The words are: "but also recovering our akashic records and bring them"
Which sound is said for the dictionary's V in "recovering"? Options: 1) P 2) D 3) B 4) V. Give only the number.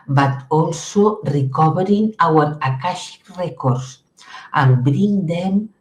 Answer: 3